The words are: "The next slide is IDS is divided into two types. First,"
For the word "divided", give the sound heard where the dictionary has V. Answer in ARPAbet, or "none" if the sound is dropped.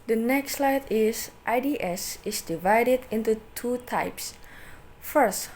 V